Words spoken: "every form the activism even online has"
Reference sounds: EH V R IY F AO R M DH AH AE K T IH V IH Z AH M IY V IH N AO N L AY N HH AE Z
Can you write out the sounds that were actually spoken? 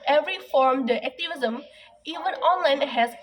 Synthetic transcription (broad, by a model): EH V R IY F AO R M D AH AE K T IH V IH Z AH M IY V IH N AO N L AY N HH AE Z